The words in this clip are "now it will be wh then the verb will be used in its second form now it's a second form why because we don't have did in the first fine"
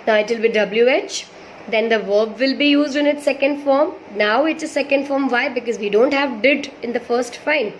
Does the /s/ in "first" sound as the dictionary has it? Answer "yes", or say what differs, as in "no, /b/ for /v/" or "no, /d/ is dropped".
yes